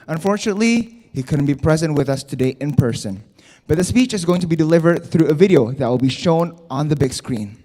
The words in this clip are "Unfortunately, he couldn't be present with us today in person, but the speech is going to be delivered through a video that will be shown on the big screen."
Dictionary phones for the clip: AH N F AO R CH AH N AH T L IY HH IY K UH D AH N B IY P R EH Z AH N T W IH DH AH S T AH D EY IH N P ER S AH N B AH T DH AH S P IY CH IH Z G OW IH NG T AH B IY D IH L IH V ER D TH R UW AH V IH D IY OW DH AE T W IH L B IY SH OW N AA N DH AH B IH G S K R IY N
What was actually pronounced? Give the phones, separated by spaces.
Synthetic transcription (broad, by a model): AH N F AO R CH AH N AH T L IY HH IY K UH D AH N B IY P R EH Z AH N T W IH DH AH S T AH D EY IH N P ER S AH N B AH T DH AH S P IY CH IH Z G OW IH NG T AH B IY D IH L IH V ER D TH R UW AH V IH D IY OW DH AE T W IH L B IY SH OW N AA N DH AH B IH G S K R IY N